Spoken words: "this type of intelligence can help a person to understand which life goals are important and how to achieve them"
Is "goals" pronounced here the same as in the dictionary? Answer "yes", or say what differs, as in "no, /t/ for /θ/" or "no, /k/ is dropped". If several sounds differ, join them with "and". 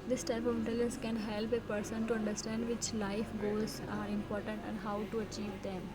no, /l/ is dropped